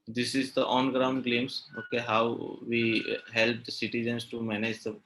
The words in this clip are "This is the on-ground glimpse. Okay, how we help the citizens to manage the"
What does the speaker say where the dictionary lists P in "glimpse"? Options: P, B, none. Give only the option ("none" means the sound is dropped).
none